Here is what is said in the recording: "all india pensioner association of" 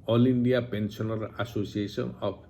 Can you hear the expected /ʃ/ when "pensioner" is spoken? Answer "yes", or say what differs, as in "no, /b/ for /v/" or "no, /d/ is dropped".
no, /s/ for /ʃ/